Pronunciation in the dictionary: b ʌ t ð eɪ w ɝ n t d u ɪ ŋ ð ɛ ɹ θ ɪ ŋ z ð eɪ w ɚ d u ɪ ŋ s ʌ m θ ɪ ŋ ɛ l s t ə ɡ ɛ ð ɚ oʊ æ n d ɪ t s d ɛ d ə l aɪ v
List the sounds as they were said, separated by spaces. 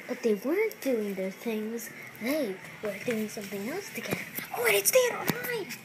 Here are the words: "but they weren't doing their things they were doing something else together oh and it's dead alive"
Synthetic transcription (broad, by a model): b ʌ t ð eɪ w ɝ n t d u ɪ ŋ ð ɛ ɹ θ ɪ ŋ z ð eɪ w ɚ d u ɪ ŋ s ʌ m θ ɪ ŋ ɛ l s t ə ɡ ɛ ð ɚ oʊ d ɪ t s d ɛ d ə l aɪ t